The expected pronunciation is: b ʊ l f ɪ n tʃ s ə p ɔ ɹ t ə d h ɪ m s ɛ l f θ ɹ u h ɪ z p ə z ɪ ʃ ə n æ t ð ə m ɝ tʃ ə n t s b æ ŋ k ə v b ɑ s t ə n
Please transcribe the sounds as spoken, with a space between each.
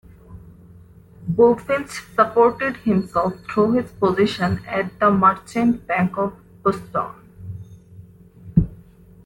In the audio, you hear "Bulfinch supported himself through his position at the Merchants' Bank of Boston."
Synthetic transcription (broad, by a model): b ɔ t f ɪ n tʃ s ə p ɔ ɹ t ə d h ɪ m s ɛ l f t ɹ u h ɪ z p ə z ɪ ʃ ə n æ t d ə m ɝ tʃ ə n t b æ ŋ k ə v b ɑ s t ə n